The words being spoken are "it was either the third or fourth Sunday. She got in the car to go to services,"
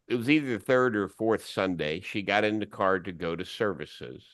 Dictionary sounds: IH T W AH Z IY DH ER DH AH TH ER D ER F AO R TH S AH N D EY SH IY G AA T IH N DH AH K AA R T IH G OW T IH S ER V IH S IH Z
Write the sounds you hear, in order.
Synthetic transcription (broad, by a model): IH T W AH Z IY DH ER DH AH TH ER D ER F AO R TH S AH N D EY SH IY G AA T IH N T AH K AA R T IH G OW T IH S ER V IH S IH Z